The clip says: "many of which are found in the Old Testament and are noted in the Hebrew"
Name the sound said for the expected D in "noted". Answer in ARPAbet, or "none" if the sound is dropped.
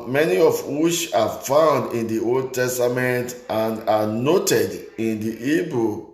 D